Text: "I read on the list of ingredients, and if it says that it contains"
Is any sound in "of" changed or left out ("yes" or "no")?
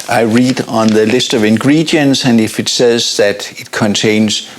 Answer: no